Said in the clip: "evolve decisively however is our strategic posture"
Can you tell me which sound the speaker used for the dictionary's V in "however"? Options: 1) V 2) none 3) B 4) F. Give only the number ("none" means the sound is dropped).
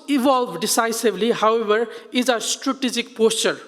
3